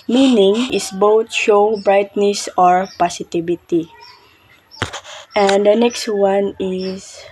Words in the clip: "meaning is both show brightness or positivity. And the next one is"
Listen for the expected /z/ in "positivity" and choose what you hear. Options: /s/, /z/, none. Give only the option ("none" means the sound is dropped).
/s/